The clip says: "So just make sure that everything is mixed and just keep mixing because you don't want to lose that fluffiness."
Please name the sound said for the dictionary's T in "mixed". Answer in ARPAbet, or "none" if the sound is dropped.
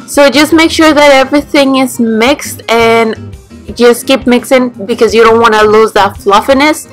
T